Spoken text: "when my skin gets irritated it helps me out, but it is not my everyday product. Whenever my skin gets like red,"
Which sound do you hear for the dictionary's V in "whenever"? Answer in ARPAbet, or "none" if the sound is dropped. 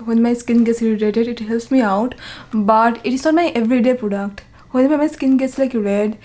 none